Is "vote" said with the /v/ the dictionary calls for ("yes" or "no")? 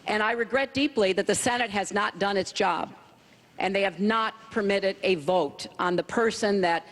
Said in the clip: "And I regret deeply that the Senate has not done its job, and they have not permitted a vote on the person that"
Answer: yes